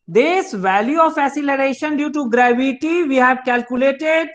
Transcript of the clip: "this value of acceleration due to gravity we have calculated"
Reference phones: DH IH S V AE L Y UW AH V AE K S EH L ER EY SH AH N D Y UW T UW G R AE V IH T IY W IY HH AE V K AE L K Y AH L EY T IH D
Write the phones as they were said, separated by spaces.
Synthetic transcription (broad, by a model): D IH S V AE L Y UW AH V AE S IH L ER EY SH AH N D Y UW T UW G R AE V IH T IY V IY HH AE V K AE L K Y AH L EY T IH D